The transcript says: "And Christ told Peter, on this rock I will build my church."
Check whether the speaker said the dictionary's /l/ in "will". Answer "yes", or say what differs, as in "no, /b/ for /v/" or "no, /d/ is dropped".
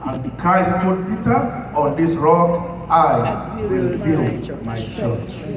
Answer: yes